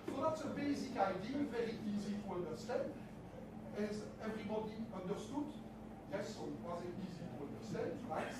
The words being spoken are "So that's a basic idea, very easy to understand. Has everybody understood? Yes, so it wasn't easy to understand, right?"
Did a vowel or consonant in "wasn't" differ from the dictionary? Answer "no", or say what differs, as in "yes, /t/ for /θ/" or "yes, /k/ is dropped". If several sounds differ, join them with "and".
yes, /n/ is dropped